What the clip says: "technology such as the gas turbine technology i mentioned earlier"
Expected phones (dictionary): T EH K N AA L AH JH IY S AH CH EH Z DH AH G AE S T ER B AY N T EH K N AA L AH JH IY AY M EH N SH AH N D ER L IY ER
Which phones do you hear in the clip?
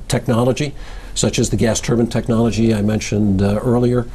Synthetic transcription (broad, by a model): T EH K N AA L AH JH IY S AH CH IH Z DH AH G AE S T ER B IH N T EH K N AA L AH JH IY AY M EH N SH AH N D ER L IY ER